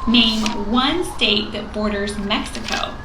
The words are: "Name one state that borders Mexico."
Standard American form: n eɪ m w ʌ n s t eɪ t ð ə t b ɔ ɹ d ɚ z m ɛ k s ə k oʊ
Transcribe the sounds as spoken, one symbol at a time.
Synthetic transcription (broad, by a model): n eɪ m w ʌ n s t eɪ t ð ə t b ɔ ɹ d ɚ z m ɛ k s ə k oʊ